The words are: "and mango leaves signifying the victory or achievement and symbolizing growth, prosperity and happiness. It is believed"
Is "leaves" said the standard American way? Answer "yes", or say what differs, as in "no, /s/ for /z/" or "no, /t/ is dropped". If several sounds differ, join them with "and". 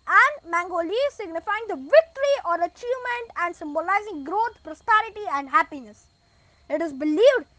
no, /v/ is dropped